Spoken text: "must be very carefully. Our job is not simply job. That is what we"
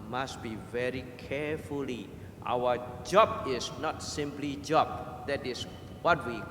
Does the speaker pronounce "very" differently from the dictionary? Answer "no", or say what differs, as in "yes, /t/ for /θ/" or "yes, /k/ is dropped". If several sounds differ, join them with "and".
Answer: no